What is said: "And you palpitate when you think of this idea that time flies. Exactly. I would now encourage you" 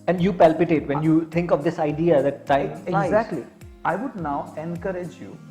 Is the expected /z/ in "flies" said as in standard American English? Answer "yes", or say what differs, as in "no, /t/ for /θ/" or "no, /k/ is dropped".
no, /z/ is dropped